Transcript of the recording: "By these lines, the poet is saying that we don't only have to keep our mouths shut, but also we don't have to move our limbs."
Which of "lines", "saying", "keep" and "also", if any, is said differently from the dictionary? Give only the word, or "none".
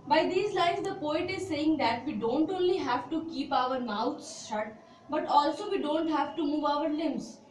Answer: lines